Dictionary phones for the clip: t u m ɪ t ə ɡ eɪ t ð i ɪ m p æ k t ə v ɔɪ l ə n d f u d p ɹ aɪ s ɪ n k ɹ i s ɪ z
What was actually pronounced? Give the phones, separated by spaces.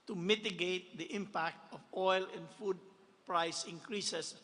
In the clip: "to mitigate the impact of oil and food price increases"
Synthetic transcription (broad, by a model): t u m ɪ t ə ɡ eɪ t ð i ɪ m p æ k t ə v ɔɪ l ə n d f u d p ɹ aɪ s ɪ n k ɹ i s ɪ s